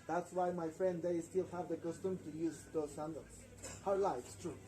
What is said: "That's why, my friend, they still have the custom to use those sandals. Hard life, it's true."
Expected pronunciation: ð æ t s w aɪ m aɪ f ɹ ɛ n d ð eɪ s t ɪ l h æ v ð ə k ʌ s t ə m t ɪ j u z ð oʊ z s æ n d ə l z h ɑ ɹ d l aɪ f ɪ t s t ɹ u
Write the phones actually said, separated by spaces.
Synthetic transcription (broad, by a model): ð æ t s w aɪ m aɪ f ɹ ɛ n d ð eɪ s t ɪ l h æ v ð ə k ʌ s t ə m t ɪ j u z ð oʊ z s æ n d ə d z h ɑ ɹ l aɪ ɪ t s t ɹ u